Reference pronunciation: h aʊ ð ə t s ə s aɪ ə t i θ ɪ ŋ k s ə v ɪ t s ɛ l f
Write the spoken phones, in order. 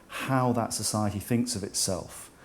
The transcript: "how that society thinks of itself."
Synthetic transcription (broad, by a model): h aʊ ð ə t s ə s aɪ ə t i θ ɪ ŋ k s ə v ɪ t s ɛ l f